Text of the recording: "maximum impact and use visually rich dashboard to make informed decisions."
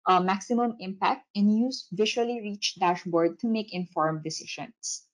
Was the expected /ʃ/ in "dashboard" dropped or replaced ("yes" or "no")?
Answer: no